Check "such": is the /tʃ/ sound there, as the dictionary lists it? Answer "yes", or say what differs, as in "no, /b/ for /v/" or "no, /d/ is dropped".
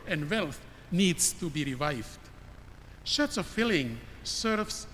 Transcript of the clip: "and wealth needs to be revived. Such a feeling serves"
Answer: no, /s/ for /tʃ/